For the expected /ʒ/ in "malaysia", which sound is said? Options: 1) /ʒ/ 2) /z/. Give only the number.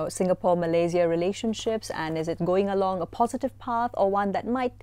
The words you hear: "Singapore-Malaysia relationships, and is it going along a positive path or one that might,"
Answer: 2